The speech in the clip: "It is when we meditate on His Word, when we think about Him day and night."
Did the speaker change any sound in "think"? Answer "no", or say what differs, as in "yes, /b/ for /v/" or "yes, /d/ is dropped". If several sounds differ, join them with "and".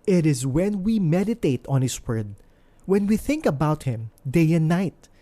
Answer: no